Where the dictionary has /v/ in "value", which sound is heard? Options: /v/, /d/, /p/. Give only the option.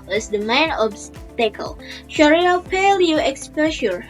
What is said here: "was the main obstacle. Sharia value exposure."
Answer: /p/